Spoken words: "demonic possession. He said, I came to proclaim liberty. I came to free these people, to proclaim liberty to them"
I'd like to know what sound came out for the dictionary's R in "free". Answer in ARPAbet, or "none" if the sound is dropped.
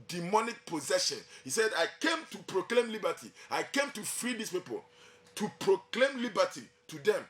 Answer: R